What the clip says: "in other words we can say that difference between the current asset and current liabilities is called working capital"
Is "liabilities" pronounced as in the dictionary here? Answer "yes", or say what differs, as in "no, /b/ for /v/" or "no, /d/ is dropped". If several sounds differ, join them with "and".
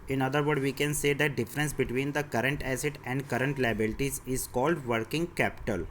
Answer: yes